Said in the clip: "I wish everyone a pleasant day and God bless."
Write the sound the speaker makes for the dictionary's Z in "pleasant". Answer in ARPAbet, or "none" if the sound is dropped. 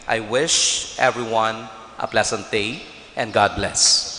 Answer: S